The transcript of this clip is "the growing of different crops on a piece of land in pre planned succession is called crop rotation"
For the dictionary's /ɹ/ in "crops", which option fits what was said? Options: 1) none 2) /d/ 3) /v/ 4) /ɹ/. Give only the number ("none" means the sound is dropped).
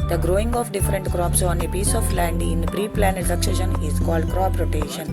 4